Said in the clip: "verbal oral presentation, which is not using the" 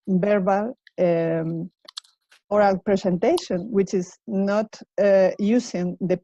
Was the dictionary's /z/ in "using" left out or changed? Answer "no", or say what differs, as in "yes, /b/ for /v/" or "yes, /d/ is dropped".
yes, /s/ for /z/